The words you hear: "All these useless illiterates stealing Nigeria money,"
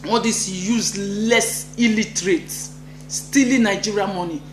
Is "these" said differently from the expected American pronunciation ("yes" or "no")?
yes